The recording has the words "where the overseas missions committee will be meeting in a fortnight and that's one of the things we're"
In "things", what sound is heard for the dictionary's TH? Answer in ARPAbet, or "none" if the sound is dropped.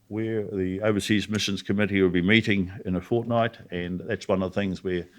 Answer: TH